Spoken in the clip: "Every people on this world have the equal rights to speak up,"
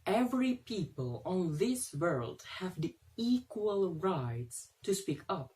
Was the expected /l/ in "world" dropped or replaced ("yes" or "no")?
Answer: no